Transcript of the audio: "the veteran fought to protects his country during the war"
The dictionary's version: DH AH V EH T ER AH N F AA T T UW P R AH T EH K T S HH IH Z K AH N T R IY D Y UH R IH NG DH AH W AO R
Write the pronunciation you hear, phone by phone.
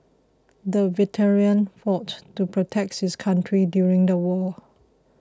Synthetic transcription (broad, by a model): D AH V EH T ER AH N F AA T T UW P R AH T EH K T HH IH S K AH N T R IY D Y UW R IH NG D AH W AO